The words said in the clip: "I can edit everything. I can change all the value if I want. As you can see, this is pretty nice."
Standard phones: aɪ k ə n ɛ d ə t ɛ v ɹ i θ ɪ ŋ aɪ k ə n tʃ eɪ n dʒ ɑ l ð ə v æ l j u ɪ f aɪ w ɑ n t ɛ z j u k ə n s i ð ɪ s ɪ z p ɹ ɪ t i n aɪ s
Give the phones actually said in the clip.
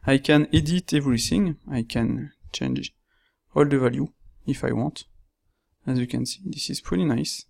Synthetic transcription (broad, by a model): aɪ k ə n ɛ d ə t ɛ v ɹ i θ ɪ ŋ aɪ k ə n tʃ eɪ n dʒ ɑ l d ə v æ l j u ɪ f aɪ w ɑ n t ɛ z j u k ə n s i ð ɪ s ɪ z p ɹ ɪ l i n aɪ s